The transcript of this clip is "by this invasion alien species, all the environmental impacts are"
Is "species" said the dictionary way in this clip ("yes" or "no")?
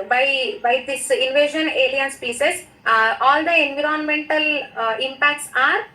no